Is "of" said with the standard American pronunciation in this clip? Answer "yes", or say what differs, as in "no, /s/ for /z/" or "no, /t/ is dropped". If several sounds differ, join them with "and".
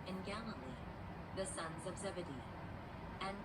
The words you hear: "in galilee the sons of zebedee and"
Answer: yes